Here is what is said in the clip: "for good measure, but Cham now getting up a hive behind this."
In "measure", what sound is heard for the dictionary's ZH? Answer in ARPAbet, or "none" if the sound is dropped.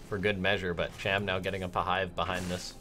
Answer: ZH